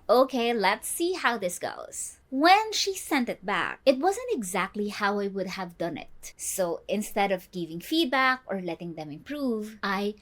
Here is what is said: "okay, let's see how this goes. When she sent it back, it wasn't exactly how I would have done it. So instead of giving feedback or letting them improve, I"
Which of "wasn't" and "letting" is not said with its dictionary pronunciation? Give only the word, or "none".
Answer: none